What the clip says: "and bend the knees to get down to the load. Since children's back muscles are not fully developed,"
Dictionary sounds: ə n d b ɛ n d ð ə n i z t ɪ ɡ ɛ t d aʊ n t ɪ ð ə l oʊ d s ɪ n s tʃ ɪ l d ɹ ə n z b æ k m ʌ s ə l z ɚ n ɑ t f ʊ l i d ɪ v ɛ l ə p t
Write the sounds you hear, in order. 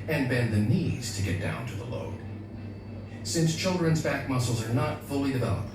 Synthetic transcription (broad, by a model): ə n b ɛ n ð ə n i z t ɪ ɡ ɛ t d aʊ n t ɪ ð ə l oʊ d s ɪ n s tʃ ɪ l d ɹ ə n z b æ k m ʌ s l z ɚ n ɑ t f ʊ l i d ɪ v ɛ l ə p t